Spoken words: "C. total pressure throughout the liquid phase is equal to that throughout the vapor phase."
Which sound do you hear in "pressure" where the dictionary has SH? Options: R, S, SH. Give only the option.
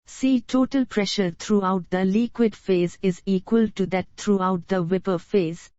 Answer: SH